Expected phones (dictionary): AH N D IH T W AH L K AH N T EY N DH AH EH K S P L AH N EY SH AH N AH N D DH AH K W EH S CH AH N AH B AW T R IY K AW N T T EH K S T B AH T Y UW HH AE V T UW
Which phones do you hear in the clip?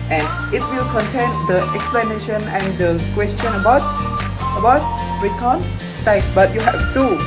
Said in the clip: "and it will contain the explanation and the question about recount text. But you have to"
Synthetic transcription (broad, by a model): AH N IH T W AH L K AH N T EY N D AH EH K S P L AH N EY SH AH N AH N D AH K W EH S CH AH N AH B AW T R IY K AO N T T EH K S B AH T Y UW HH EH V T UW